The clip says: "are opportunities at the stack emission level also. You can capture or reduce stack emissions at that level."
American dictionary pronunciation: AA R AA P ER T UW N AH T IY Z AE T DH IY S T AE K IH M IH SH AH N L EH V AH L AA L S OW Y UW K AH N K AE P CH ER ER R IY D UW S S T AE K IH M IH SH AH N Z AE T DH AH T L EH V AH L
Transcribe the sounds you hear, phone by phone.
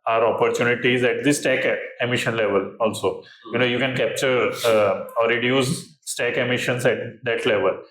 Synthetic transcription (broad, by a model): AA R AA P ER T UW N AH T IY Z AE T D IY S T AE K IH M IH SH AH N L EH V AH L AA L S OW Y UW K AH N K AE P CH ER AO R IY D UW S S T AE K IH M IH SH AH N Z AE T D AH T L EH V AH L